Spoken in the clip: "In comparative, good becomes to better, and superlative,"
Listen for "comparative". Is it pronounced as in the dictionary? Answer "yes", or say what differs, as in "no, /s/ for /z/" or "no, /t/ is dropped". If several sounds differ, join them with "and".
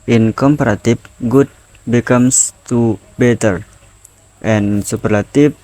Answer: no, /f/ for /v/